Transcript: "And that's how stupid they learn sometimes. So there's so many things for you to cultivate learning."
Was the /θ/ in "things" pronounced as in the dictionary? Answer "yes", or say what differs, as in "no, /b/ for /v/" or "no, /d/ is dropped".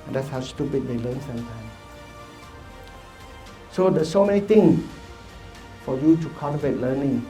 no, /t/ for /θ/